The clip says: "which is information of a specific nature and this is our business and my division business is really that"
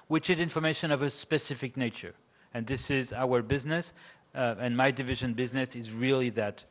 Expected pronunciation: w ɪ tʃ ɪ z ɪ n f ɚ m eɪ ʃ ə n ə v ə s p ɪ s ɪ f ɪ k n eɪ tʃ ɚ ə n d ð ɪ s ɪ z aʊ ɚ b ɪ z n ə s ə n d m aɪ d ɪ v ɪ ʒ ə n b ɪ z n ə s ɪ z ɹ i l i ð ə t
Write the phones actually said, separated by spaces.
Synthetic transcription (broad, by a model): w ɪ tʃ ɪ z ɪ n f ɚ m eɪ ʃ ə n ə v ə s p ɪ s ɪ f ɪ k n eɪ tʃ ɚ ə n ð ɪ s ɪ z aʊ ɚ b ɪ z n ə s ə n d m aɪ d ɪ v ɪ ʒ ə n b ɪ z n ə s ɪ z ɹ i l i ð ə t